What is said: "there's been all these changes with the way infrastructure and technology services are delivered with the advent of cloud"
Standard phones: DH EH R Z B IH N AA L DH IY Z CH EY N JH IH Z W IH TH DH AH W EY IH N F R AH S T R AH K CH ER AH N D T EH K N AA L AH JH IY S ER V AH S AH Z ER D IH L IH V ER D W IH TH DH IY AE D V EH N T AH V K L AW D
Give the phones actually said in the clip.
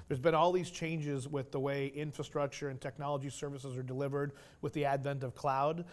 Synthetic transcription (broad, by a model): DH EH R Z B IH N AA L DH IY Z CH EY N JH IH Z W IH DH AH W EY IH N F R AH S T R AH K CH ER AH N T EH K N AA L AH JH IY S ER V AH S AH Z ER D IH L IH V ER D W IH DH IY AE D V EH N T AH V K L AW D